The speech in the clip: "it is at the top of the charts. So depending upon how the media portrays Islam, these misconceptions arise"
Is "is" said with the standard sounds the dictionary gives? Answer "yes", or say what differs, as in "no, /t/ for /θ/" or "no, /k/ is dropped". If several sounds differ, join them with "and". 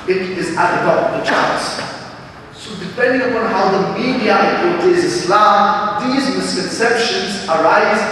yes